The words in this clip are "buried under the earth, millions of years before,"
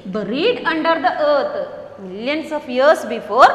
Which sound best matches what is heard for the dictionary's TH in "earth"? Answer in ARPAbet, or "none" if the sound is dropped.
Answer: T